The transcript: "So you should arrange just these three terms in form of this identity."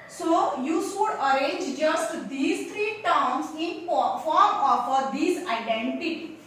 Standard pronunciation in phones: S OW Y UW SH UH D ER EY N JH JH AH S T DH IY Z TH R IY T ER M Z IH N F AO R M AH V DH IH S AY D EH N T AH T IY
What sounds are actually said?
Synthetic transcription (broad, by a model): S OW Y UW S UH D ER EY N JH JH AH S T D IY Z T R IY T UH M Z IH N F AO R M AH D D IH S AY D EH N T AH T IY